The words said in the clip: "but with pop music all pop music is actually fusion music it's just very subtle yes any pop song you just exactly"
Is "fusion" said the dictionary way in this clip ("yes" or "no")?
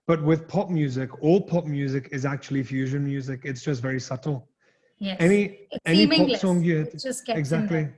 yes